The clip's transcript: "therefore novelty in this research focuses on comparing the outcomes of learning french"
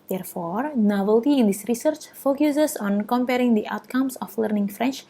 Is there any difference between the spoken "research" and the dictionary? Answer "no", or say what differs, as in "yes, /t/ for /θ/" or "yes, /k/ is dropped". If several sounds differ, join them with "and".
no